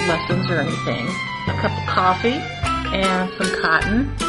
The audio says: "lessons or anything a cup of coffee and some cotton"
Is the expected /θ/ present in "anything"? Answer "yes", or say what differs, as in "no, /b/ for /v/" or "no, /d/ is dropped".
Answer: yes